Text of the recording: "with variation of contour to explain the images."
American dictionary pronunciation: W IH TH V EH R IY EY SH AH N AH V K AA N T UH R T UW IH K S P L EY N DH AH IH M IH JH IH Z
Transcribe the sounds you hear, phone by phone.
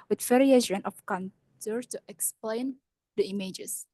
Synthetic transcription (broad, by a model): W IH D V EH R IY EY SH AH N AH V K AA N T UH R T UW IH K S P L EY N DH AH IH M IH JH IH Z